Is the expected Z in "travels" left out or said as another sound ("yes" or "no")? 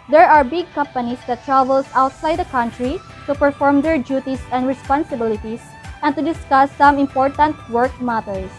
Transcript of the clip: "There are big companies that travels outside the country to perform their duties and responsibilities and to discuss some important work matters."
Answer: yes